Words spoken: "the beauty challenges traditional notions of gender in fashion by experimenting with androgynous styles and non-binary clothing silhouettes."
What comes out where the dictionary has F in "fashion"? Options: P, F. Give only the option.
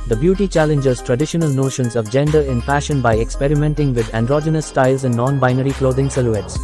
P